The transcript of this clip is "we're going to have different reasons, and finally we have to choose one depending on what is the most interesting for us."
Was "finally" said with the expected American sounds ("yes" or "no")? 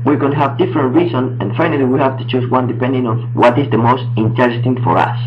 yes